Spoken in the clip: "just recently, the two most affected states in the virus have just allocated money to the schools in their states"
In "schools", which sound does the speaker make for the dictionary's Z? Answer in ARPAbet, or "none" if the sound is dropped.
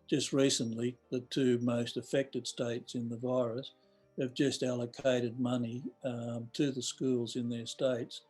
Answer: Z